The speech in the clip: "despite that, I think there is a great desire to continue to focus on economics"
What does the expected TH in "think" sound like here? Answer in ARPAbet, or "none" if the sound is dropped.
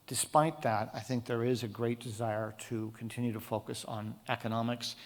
TH